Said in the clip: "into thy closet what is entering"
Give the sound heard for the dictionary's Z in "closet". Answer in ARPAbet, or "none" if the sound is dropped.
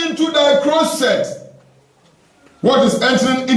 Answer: S